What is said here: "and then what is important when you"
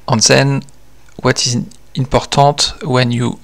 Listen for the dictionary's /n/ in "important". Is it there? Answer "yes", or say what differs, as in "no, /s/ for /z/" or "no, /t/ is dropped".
no, /n/ is dropped